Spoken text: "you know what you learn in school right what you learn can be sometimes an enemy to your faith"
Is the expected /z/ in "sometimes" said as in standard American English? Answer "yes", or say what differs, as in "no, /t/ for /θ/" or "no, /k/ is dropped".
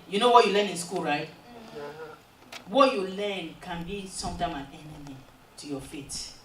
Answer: no, /z/ is dropped